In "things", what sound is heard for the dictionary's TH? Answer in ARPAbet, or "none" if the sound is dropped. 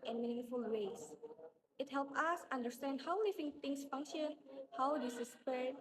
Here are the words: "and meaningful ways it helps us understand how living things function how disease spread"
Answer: T